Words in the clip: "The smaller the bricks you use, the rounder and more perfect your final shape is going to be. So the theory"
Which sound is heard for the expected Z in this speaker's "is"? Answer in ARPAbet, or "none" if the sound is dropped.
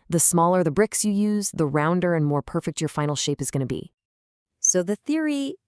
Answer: Z